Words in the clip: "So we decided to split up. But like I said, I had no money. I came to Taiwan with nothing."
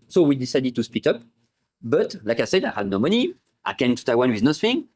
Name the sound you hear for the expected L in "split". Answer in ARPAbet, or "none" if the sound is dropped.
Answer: none